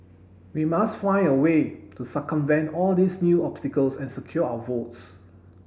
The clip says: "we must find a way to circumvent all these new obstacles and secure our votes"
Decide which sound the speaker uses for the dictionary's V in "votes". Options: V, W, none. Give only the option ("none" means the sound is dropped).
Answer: V